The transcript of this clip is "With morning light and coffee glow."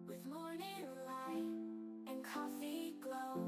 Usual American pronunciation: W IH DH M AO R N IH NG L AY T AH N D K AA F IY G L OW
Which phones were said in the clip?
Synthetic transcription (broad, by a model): W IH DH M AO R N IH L AY AH N K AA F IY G L OW